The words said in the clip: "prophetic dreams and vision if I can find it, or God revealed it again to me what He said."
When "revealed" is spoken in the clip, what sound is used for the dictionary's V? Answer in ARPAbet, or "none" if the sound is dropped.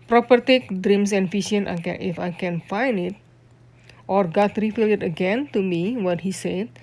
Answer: F